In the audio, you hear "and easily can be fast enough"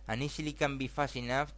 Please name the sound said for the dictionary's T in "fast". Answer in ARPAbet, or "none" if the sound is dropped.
none